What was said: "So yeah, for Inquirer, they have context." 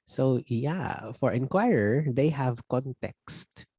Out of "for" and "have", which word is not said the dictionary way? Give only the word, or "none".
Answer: none